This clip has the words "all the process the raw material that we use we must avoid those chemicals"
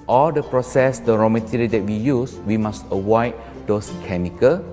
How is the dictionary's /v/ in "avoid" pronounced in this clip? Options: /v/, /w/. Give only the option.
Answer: /w/